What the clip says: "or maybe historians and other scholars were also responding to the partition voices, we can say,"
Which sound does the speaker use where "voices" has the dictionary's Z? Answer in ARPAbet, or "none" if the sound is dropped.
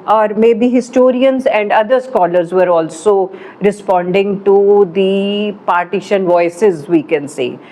Z